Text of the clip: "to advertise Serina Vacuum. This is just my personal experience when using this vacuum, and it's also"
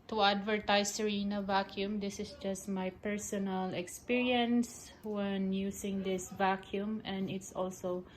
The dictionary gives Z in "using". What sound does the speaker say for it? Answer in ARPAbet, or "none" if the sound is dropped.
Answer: S